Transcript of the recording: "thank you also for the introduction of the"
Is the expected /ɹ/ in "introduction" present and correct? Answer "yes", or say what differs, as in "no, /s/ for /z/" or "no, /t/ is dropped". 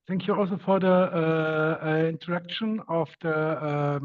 no, /ɹ/ is dropped